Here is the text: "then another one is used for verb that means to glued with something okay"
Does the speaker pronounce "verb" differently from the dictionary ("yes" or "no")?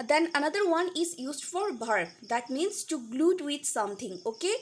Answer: yes